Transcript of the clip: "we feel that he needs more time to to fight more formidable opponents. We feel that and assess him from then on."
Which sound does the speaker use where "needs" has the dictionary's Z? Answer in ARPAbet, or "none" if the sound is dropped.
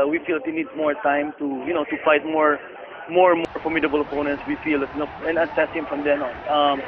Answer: none